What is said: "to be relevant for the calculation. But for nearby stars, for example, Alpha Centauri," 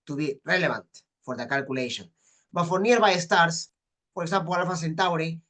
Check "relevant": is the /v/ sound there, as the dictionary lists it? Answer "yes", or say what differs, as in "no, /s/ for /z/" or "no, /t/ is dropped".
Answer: no, /b/ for /v/